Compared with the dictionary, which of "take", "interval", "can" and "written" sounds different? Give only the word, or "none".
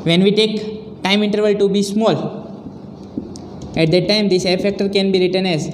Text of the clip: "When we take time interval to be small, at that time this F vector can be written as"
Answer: none